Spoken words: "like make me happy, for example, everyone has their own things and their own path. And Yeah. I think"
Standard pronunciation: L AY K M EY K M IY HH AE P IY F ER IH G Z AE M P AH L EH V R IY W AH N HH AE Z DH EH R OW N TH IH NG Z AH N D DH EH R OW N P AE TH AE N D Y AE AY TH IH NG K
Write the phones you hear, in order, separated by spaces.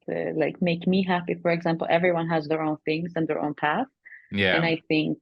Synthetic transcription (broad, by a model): L AY K M EY K M IY HH AE P IY F ER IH G Z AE M P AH L EH V R IY W AH N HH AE Z DH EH R OW N TH IH NG Z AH N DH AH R OW N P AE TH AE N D AY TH IH NG K